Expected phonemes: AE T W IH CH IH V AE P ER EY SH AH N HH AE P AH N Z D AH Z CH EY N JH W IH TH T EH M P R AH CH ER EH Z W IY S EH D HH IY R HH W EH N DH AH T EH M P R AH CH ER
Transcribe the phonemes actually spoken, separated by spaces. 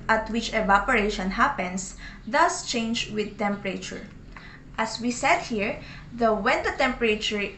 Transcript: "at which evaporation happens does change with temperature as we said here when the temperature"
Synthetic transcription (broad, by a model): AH T W IH CH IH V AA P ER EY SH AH N HH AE P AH N S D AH S CH EY N JH W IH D T EH M P R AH CH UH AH S W IY S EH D HH IY R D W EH N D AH T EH M P R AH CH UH